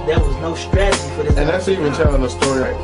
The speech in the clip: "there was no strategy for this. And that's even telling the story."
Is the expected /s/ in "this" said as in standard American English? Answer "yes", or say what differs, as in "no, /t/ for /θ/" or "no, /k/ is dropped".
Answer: no, /s/ is dropped